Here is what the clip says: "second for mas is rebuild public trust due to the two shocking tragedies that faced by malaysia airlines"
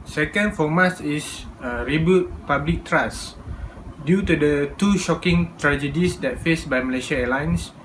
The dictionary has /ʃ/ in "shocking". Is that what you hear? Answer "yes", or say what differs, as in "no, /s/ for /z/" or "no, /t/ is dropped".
yes